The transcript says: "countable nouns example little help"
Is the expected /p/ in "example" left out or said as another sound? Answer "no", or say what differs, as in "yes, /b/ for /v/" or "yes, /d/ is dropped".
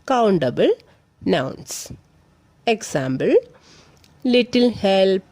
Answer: yes, /b/ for /p/